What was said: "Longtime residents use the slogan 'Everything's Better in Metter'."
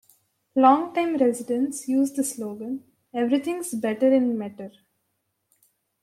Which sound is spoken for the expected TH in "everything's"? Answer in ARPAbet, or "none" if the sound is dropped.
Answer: T